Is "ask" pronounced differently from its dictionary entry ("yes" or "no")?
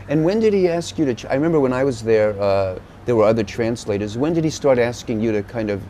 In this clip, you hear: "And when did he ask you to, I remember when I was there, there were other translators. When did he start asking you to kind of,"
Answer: no